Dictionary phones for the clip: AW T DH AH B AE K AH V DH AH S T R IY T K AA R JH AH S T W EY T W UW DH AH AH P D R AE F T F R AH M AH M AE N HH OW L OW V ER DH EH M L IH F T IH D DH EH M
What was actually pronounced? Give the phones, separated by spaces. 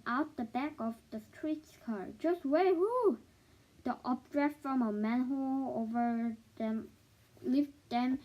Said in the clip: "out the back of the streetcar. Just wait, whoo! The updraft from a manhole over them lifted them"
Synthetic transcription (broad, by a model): AW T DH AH B AE K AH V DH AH S T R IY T K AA R JH AH S T W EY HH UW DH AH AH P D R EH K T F R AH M AH M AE N HH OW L OW V ER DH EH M L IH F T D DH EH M